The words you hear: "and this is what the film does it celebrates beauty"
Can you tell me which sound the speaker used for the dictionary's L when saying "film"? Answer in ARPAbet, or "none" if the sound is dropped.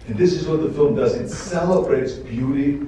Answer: L